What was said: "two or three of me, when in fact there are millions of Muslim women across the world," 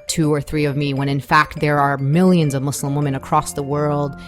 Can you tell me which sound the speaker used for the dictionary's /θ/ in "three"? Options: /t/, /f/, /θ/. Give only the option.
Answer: /θ/